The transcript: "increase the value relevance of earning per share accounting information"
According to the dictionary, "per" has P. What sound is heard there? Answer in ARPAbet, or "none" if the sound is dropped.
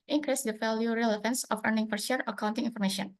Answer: F